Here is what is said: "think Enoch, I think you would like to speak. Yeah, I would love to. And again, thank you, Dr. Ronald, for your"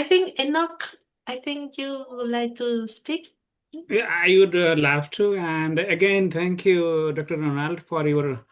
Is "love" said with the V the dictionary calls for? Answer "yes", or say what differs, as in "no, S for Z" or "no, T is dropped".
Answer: no, F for V